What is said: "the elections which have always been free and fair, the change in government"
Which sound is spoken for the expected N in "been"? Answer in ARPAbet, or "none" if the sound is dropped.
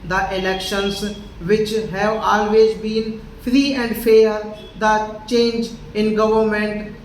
N